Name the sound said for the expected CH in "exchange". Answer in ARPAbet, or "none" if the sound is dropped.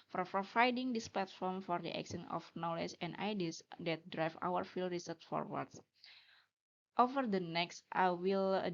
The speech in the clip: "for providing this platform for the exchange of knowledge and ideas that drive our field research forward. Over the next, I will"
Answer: none